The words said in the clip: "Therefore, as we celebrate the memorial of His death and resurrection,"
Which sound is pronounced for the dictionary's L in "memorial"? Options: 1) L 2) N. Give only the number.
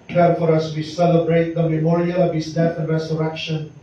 1